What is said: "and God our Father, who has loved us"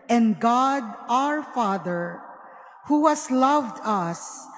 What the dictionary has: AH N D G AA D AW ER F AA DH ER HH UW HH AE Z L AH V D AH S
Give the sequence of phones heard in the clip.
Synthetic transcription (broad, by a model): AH N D G AA D AW ER F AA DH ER HH UW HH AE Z L AH V D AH S